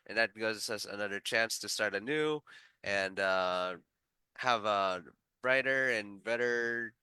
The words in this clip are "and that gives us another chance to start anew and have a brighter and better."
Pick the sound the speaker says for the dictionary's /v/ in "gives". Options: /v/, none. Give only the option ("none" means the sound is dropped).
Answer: none